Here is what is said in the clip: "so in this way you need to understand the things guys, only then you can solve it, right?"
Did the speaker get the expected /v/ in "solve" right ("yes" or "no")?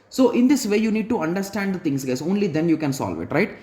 yes